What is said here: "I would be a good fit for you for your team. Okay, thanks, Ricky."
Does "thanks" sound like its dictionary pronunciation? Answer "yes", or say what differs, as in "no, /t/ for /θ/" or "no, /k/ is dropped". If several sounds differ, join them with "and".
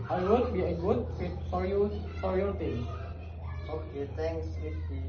no, /t/ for /θ/